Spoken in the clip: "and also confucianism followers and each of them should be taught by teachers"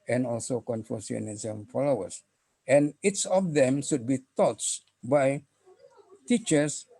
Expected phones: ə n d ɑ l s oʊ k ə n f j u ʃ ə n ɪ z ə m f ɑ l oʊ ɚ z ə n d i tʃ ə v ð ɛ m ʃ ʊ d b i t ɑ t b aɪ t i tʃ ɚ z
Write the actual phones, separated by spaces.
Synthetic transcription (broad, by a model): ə n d ɑ l s oʊ k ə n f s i ə n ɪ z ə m f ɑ l oʊ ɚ s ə n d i s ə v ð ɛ m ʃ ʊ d b i t ɑ t b aɪ t i tʃ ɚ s